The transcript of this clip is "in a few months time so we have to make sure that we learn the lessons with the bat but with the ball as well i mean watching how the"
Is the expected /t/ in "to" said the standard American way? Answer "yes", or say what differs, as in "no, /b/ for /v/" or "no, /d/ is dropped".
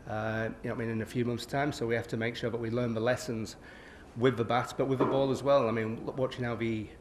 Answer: yes